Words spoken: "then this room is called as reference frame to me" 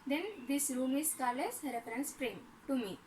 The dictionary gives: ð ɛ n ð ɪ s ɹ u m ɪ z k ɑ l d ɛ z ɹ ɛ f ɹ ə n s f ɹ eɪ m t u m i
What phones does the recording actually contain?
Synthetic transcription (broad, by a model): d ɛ n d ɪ s ɹ u m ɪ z k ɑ l ɛ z ɹ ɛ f ɹ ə n s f ɹ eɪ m t u m i